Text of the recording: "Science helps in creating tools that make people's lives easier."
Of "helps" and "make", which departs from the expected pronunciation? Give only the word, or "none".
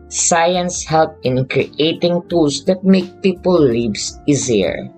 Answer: helps